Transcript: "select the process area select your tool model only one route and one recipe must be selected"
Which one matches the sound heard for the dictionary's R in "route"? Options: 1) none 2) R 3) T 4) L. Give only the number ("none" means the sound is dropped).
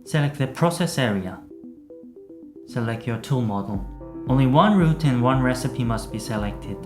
2